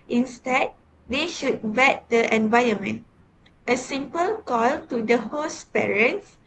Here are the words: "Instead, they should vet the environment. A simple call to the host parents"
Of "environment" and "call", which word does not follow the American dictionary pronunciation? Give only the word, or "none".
environment